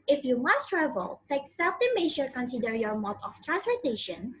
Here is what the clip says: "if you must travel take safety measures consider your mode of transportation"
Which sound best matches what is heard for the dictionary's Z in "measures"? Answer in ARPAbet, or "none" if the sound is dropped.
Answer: none